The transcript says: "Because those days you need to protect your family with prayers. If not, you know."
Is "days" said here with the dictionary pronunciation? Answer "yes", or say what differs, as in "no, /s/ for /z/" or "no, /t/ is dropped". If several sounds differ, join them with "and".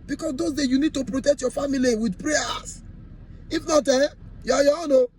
no, /z/ is dropped